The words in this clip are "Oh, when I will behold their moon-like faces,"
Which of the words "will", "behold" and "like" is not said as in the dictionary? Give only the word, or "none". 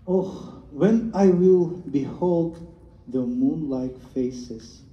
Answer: none